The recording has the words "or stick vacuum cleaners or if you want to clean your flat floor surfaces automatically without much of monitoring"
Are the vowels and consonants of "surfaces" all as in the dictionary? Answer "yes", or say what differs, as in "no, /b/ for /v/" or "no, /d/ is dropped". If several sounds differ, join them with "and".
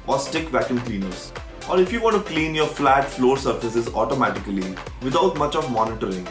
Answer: yes